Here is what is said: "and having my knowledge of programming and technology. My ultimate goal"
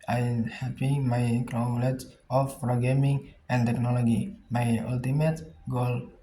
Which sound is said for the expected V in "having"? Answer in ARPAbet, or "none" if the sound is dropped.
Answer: P